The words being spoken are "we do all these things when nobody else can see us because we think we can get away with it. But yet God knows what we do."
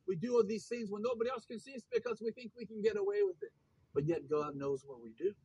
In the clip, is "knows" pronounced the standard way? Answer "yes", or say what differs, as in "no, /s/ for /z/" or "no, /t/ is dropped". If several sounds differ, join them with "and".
yes